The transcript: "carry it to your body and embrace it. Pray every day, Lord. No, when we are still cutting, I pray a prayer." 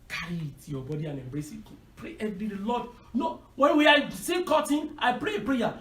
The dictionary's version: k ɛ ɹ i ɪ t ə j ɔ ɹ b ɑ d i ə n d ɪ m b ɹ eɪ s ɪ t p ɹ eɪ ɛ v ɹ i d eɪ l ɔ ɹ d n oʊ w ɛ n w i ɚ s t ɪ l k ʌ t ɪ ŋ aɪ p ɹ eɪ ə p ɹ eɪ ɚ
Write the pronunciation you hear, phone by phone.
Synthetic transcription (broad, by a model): k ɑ ɹ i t j ɔ b ɑ d i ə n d ɪ m b ɹ eɪ s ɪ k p ɹ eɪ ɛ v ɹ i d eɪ l ɔ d n oʊ w ɛ n w i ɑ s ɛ k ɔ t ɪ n aɪ p ɹ eɪ ə p ɹ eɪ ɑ